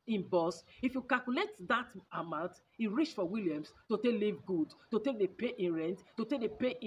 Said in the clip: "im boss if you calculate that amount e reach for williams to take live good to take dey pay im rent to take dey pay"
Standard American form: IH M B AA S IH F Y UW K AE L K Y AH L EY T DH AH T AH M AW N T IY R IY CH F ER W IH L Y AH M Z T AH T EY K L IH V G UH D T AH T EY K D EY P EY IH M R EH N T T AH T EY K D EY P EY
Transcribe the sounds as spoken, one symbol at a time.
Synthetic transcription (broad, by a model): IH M B AA S IH F Y UW K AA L K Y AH L EY T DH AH T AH M AW N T IY R IY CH F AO W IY L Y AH M S T AH T EY K L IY V G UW D T AH T EY K D EY P EY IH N R EH N T T AH T EY K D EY P EY